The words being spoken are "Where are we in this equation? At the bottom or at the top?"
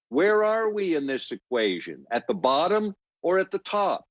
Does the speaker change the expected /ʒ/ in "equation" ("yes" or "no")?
no